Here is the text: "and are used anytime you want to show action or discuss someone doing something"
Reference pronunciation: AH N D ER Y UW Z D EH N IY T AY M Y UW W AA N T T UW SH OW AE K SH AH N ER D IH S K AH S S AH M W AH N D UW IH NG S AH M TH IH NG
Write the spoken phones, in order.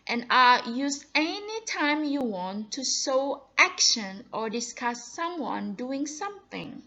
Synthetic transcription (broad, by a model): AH N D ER Y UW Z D EH N IY T AY M Y UW W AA N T T UW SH OW AE K SH AH N ER D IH S K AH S S AH M W AH N D UW IH NG S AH M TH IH NG